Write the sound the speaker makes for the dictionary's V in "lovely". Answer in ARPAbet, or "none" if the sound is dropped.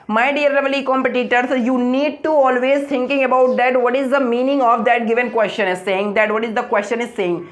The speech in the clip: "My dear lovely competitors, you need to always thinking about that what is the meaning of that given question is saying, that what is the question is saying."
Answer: none